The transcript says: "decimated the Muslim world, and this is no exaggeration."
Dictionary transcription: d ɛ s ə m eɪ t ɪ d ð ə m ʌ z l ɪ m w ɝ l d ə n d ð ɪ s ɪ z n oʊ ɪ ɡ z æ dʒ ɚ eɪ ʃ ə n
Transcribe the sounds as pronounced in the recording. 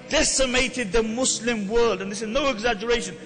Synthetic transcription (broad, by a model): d ɛ s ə m eɪ t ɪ d ð ə m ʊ s l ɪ m w ɝ l d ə n ð ɪ s ɪ z n oʊ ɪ ɡ z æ dʒ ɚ eɪ ʃ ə n